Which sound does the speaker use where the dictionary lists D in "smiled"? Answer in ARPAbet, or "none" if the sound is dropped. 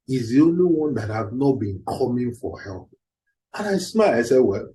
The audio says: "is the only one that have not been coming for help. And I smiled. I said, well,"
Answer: none